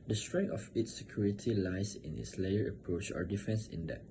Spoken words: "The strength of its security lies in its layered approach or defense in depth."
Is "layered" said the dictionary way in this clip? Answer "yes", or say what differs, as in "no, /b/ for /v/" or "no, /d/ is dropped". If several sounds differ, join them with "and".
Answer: no, /d/ is dropped